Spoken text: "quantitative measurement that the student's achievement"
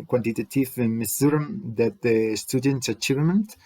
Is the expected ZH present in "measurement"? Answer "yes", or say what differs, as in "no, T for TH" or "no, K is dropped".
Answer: no, S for ZH